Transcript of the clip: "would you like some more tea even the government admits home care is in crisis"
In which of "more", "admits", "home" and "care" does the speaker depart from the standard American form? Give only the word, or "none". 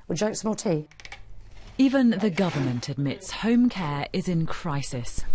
more